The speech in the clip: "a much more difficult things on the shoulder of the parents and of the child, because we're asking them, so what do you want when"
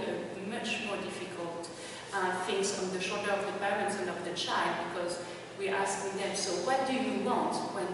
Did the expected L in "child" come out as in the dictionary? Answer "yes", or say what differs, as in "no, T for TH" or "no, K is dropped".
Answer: yes